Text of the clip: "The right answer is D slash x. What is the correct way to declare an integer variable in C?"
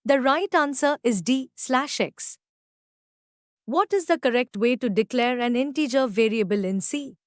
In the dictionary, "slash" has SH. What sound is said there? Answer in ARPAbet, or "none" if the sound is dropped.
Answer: SH